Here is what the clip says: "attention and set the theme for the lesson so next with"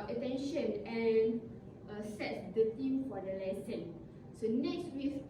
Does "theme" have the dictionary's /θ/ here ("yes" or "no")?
no